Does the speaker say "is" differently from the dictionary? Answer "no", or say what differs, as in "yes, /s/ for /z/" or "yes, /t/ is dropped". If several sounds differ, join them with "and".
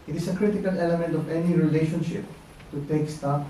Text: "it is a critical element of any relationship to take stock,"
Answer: yes, /s/ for /z/